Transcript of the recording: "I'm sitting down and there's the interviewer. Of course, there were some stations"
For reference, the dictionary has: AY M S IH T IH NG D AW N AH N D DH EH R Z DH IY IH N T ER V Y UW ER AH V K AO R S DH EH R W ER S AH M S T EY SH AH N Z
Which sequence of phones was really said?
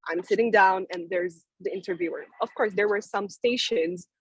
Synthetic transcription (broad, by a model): AY M S IH T IH NG D AW N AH N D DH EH R Z DH IY IH N T ER V Y UW ER AH V K AO R S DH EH R W ER S AH M S T EY SH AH N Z